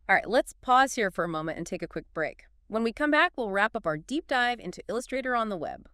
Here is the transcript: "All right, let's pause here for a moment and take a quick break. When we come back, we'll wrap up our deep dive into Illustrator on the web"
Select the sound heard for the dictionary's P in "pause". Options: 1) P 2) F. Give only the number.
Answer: 1